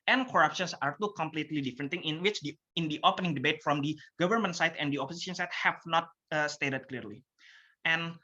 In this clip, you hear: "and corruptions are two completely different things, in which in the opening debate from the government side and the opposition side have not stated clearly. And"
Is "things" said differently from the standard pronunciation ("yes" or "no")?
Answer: yes